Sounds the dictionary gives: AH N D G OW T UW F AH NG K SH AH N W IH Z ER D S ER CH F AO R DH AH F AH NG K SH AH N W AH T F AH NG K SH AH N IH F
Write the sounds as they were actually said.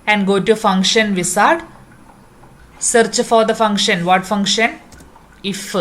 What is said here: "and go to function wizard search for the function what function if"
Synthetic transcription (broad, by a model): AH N D G OW T UW F AH NG K SH AH N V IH S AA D S ER CH F AO R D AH F AH NG K SH AH N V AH T F AH NG K SH AH N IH F